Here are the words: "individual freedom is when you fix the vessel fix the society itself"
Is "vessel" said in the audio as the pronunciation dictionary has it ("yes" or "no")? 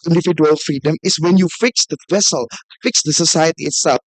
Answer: yes